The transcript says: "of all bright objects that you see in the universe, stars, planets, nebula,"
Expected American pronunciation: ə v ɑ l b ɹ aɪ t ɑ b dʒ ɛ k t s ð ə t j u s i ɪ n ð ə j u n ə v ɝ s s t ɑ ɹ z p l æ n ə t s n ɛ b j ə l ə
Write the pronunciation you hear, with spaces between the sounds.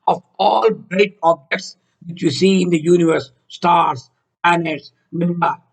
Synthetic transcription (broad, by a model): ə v ɑ l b ɹ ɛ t ɑ b dʒ ɛ k t s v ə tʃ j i s i ɪ n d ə j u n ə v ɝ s s t ɑ ɹ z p æ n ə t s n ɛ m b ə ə